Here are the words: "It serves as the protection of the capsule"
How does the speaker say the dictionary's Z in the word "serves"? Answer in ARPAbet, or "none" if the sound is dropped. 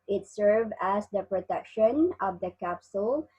none